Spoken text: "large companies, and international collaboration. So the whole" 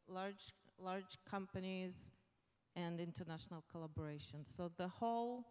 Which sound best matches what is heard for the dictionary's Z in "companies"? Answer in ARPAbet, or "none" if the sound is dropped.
Z